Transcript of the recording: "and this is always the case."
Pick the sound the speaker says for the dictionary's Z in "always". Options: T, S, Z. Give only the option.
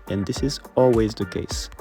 Z